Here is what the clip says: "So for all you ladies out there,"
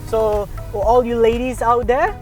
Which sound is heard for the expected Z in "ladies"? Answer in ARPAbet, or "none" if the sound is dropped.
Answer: Z